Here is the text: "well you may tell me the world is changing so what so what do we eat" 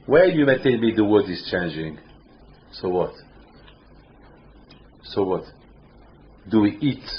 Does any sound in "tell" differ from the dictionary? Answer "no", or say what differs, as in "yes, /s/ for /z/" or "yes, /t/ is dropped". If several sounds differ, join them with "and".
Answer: yes, /n/ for /l/